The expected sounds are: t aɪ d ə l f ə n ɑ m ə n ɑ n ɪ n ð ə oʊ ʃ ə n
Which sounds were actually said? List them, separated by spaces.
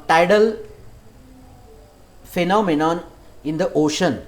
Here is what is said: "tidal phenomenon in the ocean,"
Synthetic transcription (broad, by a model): t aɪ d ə l f ə n ɑ m ə n ɑ n ɪ n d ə oʊ ʃ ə n